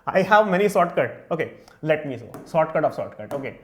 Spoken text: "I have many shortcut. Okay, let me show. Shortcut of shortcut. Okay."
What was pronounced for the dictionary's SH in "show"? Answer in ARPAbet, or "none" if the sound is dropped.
S